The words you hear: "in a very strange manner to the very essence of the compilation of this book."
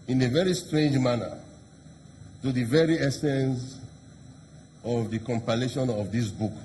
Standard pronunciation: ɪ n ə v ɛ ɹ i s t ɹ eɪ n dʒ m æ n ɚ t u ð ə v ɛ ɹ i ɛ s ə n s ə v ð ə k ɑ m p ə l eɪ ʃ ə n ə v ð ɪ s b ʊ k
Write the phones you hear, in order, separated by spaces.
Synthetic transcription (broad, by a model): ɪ n ə v ɛ ɹ i s t ɹ eɪ n dʒ m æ n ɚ t u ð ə v ɛ ɹ i ɛ s ə n s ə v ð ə k ɑ m p ə l eɪ ʃ ə n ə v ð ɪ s b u k